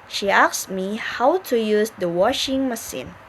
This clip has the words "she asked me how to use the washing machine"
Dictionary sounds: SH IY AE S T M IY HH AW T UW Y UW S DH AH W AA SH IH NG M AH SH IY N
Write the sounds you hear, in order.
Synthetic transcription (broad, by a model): SH IY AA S M IY HH AW T UW Y UW S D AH W AA SH IH NG M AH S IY N